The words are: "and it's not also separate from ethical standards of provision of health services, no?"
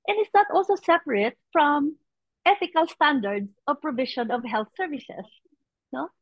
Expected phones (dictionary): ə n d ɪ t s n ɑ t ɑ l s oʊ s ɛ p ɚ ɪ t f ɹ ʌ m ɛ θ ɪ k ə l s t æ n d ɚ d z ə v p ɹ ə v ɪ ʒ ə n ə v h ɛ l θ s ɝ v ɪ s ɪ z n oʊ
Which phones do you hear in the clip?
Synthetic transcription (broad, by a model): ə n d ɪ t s n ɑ t ɑ l s oʊ s ɛ p ɚ ɪ t f ɹ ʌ m ɛ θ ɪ k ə l s t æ n d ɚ d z ə v p ɹ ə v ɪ ʃ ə n ə v h ɛ l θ s ɝ v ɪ s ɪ s n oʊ